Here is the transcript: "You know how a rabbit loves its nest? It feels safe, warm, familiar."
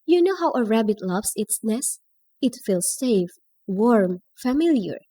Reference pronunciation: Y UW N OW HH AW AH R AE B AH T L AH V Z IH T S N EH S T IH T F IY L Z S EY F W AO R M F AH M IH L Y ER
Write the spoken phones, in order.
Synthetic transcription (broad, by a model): Y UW N OW HH AW AH R AE B AH T L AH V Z IH T S N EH S IH T F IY L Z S EY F W AO R M F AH M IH L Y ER